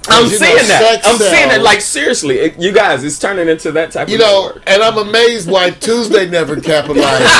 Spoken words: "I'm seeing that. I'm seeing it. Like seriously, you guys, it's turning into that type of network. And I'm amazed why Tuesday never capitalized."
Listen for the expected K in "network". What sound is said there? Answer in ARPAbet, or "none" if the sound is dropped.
none